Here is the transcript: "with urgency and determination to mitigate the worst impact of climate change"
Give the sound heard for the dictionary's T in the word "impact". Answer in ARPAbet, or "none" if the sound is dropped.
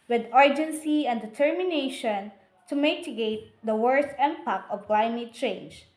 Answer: none